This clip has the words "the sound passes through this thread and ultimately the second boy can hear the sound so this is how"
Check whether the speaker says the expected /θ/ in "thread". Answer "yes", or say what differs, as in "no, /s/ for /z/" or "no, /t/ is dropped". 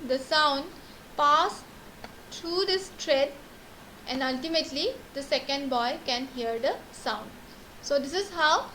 no, /t/ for /θ/